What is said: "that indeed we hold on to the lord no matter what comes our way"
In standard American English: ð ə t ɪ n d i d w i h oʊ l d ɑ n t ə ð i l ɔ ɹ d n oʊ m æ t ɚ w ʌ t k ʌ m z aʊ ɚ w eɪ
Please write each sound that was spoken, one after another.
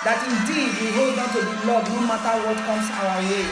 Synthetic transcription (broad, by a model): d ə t ɪ n d i d w i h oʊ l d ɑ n t ə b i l ɔ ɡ n oʊ m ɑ t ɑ w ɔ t k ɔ m s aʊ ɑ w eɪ